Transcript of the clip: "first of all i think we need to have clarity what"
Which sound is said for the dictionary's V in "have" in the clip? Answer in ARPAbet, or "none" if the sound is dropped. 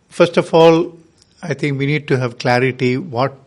V